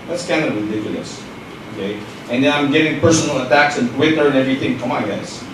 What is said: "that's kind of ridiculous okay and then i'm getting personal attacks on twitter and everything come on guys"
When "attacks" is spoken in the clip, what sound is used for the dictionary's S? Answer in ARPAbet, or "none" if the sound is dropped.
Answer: S